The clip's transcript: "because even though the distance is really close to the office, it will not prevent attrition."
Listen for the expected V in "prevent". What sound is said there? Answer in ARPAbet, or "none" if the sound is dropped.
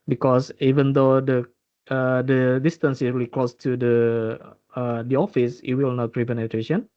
P